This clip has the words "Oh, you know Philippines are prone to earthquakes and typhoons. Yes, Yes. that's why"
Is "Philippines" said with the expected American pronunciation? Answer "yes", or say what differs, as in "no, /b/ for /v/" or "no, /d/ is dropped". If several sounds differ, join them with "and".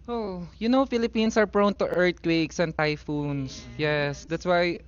no, /s/ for /z/